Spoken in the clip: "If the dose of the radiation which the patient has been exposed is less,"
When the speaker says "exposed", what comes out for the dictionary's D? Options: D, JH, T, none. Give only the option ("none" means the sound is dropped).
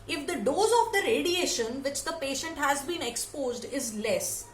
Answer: D